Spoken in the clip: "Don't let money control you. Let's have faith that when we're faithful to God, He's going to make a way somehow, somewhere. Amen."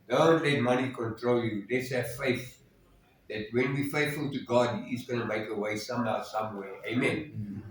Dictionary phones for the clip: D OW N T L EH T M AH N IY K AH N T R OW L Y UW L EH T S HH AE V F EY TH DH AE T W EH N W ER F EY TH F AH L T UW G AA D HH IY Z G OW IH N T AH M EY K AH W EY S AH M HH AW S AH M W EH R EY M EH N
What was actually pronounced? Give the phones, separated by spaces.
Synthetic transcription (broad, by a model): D OW N T L EH T M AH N IY K AH N T R OW L Y UW L EH T S HH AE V F EY TH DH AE T W EH N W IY F EY TH F AH L T UW G AA D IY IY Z G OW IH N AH M EY K AH W EY S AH M HH AW S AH M W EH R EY M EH N